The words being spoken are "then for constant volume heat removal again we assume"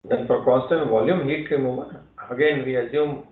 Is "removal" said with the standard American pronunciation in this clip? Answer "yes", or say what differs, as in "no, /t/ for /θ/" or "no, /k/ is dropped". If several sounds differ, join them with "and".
no, /n/ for /l/